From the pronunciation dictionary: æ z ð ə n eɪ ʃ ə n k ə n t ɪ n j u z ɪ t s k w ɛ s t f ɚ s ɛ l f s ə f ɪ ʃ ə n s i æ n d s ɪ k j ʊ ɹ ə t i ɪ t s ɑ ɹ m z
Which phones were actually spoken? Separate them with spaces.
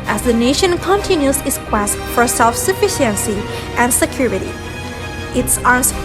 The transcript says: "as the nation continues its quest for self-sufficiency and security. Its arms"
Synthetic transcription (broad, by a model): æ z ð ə n eɪ ʃ ə n k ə n t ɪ n j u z ɪ t s k w ɛ s t f ɚ s ɛ l f s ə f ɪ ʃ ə n s i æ n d s ɪ k j ʊ ɹ ə t i ɪ t s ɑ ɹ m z